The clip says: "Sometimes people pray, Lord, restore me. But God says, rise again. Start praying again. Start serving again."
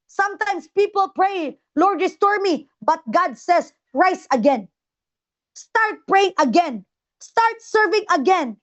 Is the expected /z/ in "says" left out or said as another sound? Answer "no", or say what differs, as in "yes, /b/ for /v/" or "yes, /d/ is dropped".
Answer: yes, /s/ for /z/